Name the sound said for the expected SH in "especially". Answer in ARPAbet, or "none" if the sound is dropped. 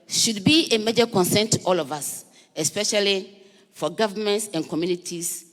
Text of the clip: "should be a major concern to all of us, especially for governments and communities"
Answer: SH